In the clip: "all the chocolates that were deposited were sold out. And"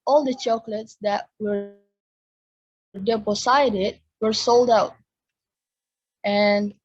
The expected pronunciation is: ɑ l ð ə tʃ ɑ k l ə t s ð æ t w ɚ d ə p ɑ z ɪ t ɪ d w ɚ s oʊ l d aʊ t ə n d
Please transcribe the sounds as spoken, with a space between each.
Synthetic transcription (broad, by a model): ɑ l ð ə tʃ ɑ k l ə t s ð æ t w ɚ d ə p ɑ s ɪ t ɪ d w ɚ s oʊ l d aʊ t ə n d